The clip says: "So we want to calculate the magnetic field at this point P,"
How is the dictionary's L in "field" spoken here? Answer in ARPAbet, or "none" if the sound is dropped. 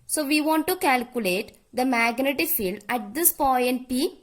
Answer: L